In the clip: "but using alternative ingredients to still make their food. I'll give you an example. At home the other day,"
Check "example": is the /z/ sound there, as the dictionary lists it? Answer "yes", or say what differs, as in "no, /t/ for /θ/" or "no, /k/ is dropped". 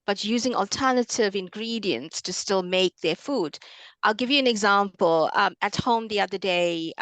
yes